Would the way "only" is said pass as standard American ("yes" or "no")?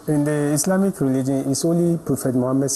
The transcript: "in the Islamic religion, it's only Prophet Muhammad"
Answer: no